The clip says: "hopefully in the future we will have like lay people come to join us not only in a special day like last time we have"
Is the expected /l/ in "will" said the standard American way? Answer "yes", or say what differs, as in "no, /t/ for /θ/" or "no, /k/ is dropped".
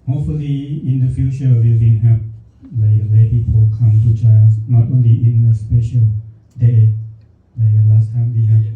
no, /n/ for /l/